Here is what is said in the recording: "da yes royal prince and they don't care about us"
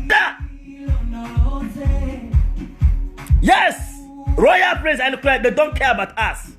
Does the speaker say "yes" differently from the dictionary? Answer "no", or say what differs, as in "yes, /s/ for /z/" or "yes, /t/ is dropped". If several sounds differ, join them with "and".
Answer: no